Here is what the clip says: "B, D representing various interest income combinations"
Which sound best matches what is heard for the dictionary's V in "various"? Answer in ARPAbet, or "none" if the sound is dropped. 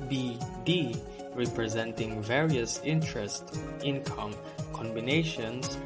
V